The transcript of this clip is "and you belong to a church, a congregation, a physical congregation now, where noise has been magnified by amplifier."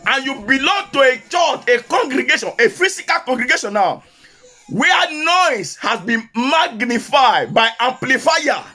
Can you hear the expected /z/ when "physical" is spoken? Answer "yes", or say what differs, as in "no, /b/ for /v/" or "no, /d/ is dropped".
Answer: no, /s/ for /z/